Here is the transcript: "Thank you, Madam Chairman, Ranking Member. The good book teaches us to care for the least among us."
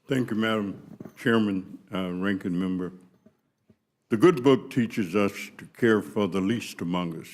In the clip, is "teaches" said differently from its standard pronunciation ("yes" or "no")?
no